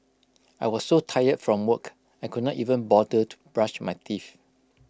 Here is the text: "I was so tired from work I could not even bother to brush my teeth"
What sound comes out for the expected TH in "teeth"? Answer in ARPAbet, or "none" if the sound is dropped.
F